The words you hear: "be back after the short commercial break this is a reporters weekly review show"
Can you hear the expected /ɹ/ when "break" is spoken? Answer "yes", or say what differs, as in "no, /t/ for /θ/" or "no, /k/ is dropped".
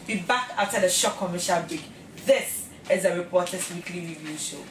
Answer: no, /ɹ/ is dropped